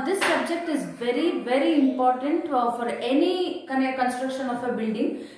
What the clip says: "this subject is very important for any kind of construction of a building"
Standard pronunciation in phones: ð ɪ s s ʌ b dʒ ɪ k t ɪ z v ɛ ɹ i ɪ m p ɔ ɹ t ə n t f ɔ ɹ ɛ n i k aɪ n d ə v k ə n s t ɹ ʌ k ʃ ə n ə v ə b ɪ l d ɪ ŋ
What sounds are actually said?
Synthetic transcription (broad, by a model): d ɪ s s ʌ b dʒ ɪ k t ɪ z v ɛ ɹ i ɪ m p ɔ ɹ t ə n t f ɔ ɹ ɛ n i k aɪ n ə k ə n s t ɹ ʌ k ʃ ə n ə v ə b ɪ l d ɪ ŋ